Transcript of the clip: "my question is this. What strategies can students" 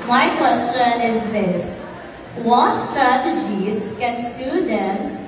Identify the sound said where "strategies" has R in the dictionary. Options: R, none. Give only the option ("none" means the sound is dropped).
R